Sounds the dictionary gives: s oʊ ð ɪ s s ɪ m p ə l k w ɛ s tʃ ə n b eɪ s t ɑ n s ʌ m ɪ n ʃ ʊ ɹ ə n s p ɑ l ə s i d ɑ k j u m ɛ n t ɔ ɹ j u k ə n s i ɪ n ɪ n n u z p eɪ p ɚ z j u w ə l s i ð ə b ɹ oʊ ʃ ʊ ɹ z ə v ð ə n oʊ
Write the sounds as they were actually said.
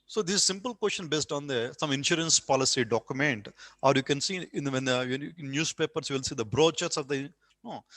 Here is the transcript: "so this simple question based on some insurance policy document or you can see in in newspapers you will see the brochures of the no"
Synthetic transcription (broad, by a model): s oʊ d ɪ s s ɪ m p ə l k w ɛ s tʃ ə n b eɪ s t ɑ n s ʌ m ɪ n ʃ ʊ ɹ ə n s p ɑ l ə s i d ɑ k j u m ɛ n t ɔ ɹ j u k ə n s i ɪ n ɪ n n u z p eɪ p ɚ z j u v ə l s i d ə b ɹ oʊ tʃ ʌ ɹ s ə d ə n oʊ